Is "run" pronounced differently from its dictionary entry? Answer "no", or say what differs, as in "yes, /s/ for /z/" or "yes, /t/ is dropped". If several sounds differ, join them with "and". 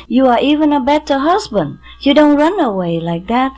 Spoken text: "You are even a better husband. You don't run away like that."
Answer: no